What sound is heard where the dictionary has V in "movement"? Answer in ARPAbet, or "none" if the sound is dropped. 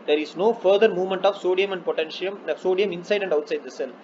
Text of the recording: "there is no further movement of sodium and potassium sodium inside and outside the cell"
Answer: V